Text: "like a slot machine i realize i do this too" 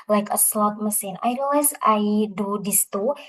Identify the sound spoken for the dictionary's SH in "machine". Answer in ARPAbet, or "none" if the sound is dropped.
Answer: S